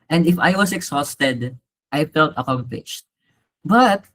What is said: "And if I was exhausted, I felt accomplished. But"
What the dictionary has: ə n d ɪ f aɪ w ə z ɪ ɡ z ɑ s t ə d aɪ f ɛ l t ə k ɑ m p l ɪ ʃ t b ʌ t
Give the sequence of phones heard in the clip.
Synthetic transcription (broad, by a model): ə n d ɪ f aɪ w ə s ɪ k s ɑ s t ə d aɪ f ɛ l t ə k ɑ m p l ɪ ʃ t b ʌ t